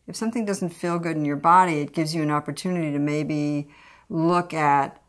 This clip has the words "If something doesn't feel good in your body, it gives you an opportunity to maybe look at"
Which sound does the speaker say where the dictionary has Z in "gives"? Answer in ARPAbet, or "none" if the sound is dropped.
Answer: Z